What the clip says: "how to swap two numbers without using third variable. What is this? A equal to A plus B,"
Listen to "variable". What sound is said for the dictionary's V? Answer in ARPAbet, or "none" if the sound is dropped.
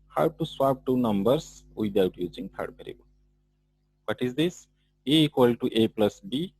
B